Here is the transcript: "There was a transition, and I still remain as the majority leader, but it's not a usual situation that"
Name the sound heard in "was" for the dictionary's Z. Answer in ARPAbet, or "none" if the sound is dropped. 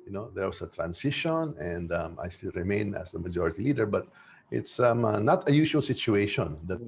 S